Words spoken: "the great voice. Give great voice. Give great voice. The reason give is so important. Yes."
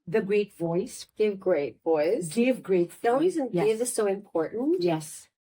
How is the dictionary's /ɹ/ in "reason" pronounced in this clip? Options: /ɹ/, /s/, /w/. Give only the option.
/w/